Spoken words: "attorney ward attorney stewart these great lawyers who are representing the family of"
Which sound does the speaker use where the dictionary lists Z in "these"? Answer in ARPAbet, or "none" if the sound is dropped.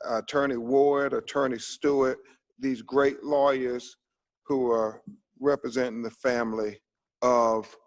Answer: Z